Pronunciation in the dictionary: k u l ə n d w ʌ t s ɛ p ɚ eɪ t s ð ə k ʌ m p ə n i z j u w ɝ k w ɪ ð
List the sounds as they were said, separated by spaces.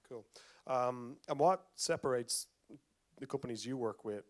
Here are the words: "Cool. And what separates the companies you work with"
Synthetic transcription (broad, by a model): k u l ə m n w ʌ t s ɛ p ɚ eɪ t s ð ə k ʌ m p ə n i z j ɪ w ɝ k w ɪ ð